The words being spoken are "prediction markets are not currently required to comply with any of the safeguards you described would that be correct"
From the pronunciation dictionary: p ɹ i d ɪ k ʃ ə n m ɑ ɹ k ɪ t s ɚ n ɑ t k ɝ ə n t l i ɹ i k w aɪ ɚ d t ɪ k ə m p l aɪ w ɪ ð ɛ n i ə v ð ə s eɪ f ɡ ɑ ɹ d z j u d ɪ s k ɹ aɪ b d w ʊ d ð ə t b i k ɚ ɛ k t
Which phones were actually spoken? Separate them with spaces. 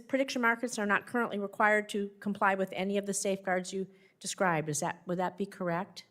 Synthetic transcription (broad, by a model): p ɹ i d ɪ k ʃ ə n m ɑ ɹ k ɪ t s ɚ n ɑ t k ɝ ə n t l i ɹ i k w aɪ ɚ d t ɪ k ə m p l aɪ w ɪ ð ɛ n i ə v ð ə s eɪ f ɡ ɑ ɹ d z j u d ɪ s k ɹ aɪ b d w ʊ d ð ə t b i k ɚ ɛ k t